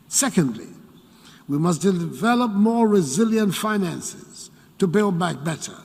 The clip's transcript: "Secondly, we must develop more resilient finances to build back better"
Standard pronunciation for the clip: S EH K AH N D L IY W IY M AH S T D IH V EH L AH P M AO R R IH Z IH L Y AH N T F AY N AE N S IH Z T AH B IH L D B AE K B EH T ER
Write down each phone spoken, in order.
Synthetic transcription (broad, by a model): S EH K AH N D L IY W IY M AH S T D IH V EH L AH P M AO R R IH Z IH L Y AH N T F AY N AE N S IH Z T AH B IH L D B AE K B EH T ER